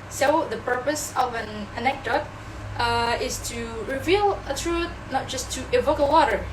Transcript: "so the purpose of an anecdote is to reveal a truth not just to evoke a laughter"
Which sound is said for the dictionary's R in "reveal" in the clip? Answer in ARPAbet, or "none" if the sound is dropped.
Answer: R